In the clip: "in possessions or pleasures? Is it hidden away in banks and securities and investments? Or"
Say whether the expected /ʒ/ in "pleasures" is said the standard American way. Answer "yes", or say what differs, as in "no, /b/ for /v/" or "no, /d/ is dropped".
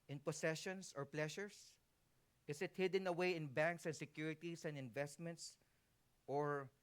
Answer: no, /ʃ/ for /ʒ/